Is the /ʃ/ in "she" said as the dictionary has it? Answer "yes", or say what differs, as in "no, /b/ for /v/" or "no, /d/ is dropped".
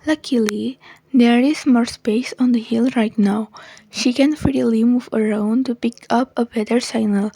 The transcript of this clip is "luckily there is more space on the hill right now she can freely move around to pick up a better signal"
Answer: yes